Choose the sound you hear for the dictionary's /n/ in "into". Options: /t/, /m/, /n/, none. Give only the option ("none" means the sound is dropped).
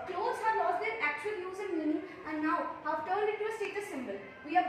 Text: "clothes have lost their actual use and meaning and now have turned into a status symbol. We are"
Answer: none